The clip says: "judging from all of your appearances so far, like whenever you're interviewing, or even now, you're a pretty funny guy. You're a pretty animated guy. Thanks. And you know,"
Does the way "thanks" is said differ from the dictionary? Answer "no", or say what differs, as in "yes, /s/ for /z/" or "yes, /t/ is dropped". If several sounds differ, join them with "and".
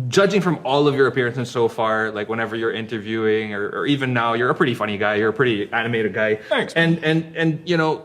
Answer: yes, /s/ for /θ/